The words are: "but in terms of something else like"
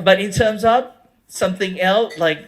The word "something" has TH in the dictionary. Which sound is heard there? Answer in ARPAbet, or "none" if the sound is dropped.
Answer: TH